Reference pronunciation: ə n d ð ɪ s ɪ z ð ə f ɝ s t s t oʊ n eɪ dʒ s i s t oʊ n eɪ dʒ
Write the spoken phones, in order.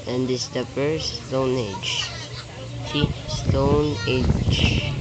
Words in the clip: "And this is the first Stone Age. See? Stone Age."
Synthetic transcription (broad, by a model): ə n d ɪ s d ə p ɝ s s t oʊ n eɪ dʒ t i s t oʊ n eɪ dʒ